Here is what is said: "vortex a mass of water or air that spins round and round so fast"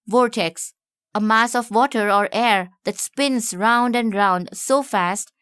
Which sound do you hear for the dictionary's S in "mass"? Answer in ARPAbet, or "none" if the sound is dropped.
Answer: S